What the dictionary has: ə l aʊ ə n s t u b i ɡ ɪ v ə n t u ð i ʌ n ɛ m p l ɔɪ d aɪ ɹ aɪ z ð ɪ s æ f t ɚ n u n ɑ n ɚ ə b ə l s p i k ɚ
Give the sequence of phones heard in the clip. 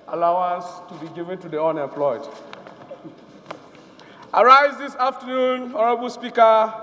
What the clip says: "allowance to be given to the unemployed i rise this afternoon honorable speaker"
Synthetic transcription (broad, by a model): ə l aʊ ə n s t u b i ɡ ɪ v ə n t u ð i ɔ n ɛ p l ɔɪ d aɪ ɹ aɪ z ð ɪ s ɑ f t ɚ n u n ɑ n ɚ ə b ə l s p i k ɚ